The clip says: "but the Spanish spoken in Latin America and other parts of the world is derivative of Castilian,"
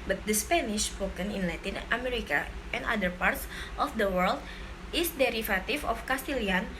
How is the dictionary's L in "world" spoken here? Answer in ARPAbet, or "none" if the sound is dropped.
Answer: L